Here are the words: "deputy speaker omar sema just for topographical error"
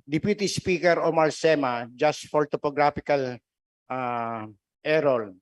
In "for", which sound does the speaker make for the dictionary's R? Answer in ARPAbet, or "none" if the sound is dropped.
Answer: L